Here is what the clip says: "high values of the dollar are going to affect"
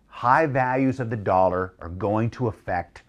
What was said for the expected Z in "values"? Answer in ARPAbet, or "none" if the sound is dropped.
Z